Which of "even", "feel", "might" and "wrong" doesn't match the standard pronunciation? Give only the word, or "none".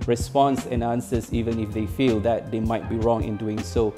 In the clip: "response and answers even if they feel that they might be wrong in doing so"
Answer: none